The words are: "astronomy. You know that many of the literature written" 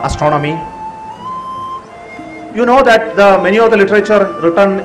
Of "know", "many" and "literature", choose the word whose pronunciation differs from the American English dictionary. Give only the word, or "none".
none